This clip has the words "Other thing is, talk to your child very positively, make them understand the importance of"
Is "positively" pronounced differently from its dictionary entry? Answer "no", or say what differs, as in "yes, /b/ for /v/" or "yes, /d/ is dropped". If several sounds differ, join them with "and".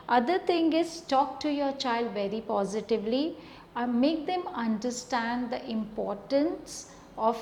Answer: no